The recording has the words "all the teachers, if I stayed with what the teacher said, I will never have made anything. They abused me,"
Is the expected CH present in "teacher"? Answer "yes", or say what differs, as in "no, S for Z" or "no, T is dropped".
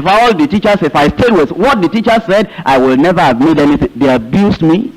yes